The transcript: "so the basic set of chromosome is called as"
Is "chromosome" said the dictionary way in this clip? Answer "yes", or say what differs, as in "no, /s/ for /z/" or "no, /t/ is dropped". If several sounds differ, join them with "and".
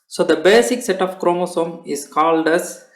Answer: yes